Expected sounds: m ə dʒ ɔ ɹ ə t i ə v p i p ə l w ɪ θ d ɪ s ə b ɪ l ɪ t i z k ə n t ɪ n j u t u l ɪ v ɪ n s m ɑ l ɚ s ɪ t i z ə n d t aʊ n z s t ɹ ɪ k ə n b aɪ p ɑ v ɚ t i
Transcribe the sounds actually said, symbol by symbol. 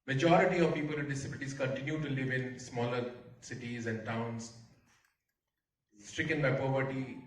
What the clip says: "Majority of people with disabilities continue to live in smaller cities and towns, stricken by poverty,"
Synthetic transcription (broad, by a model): m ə dʒ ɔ ɹ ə t i ə v p i p ə l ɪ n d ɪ s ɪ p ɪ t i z k ə n t ɪ n j u t u l ɪ v ɪ n s m ɑ l ɚ s ɪ t i z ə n d t aʊ n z s t ɹ ɪ k ə n b aɪ p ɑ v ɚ t i